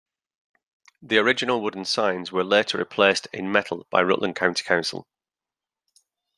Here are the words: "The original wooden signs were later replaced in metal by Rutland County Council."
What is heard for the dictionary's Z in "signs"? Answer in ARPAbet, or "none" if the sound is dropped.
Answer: Z